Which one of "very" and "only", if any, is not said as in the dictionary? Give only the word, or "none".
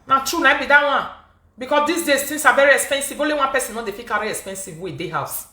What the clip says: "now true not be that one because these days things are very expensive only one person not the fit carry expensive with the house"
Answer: only